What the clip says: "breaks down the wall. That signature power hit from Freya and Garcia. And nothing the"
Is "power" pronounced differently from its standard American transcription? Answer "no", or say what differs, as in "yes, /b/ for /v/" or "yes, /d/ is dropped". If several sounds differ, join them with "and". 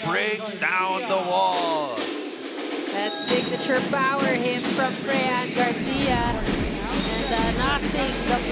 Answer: yes, /b/ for /p/